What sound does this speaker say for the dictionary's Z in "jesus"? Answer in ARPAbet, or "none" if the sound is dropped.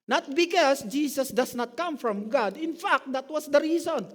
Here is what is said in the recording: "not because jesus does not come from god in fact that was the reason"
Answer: S